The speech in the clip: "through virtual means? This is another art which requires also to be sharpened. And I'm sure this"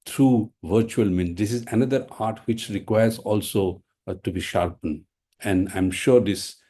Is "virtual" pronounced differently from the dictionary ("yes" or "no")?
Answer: no